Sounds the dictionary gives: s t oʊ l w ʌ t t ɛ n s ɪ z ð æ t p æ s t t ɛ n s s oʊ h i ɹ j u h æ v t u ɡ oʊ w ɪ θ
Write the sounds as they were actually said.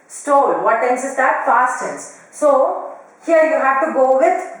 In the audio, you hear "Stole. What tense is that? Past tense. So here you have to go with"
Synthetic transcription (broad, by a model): s t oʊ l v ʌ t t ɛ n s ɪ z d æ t f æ s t t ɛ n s s oʊ h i ɹ j u h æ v t u ɡ oʊ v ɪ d